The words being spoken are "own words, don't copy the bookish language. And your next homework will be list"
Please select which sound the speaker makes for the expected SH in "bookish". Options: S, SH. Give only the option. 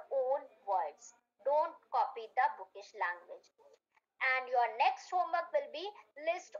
SH